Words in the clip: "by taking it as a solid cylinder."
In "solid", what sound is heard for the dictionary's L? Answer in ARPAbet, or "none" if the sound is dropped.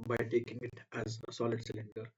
L